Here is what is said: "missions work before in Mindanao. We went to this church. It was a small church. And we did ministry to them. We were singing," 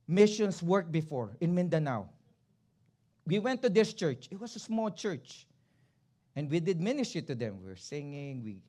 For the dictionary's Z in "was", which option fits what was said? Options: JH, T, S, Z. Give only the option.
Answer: S